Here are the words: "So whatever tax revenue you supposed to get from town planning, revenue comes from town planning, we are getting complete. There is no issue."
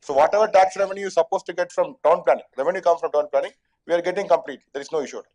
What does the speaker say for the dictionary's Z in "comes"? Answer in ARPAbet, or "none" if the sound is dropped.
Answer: none